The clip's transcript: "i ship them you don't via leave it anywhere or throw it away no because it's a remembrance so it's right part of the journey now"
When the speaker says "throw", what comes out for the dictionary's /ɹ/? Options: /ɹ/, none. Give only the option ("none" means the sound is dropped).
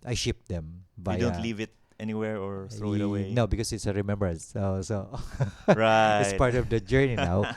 none